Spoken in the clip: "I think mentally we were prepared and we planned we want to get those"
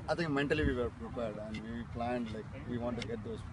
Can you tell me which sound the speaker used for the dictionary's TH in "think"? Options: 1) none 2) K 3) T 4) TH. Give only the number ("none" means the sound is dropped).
3